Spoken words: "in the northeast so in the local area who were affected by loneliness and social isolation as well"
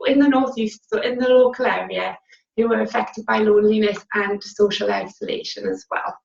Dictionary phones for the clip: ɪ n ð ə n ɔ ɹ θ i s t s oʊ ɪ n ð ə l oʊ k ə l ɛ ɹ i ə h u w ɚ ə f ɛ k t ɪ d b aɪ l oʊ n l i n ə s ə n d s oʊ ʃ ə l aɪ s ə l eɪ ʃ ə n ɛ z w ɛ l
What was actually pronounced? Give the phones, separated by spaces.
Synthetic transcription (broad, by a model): ɪ n ð ə n ɔ ɹ θ i s t s oʊ ɪ n ð ə l oʊ k ə l ɛ ɹ i ə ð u w ɚ ə f ɛ k t ɪ d b aɪ l oʊ n l i n ə s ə n s oʊ ʃ ə l aɪ s ə l eɪ ʃ ə n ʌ z w ɛ l